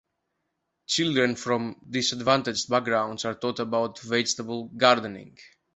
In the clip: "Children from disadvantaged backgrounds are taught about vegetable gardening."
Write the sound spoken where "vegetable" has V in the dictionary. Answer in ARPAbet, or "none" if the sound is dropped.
V